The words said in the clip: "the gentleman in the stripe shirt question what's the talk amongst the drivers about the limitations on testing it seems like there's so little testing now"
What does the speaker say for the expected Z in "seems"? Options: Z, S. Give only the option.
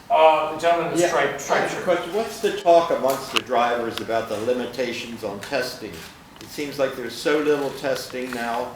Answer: Z